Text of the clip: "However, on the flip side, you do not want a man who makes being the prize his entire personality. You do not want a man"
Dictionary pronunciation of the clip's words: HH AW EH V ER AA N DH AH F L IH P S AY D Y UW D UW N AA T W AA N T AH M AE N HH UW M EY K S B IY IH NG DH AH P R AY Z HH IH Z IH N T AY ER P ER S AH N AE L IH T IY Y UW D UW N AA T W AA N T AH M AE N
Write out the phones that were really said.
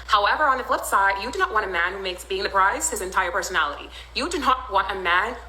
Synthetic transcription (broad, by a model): HH AW EH V ER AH N DH AH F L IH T S AY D Y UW D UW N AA T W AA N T AH M AE N HH UW M EY K S B IY IH NG DH AH P R AY Z HH IH Z IH N T AY ER P ER S AH N AE L IH T IY Y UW D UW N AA T W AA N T AH M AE N